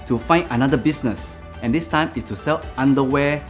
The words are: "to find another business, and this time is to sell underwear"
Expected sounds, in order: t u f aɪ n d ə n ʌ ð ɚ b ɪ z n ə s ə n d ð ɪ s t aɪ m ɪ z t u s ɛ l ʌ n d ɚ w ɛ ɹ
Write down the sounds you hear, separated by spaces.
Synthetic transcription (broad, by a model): t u f aɪ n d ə n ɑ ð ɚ b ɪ s n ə s ə n d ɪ s t aɪ m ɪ s t u s ɛ l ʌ n d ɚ w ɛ